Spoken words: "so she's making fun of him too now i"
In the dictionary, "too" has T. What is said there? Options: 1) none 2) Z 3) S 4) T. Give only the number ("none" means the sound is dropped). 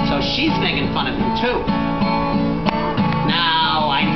4